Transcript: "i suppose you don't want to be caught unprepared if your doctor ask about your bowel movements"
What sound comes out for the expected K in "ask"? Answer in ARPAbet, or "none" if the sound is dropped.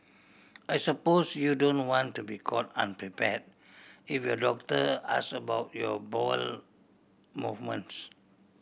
none